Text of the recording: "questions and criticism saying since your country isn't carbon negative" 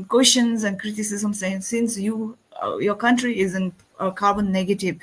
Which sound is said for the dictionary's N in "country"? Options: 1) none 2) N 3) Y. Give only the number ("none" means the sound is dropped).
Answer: 2